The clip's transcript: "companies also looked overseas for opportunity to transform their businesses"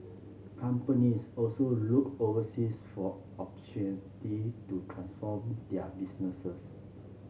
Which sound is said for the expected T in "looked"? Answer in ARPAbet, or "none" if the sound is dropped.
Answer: none